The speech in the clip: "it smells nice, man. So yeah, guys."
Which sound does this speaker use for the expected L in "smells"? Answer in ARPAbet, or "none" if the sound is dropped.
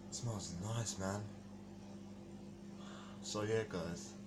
none